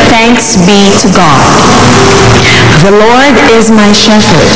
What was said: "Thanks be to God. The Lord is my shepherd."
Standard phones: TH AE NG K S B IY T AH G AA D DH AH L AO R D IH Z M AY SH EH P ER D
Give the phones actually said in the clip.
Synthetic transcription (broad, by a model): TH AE NG K S B IY T AH G AA D DH AH L AO R D IH Z M AY SH EH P ER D